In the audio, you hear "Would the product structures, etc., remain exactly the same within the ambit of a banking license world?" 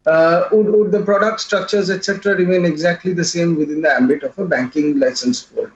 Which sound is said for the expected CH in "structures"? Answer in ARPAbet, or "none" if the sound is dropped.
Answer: CH